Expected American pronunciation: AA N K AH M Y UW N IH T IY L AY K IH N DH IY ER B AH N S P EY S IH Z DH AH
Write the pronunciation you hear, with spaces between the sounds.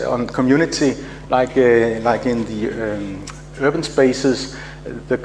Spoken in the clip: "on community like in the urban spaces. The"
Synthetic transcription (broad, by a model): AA N K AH M Y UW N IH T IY L AY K IH N DH IY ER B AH N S B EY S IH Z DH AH